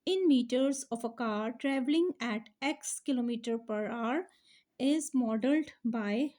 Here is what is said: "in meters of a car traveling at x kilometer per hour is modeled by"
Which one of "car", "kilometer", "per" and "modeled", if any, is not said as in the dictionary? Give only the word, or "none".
none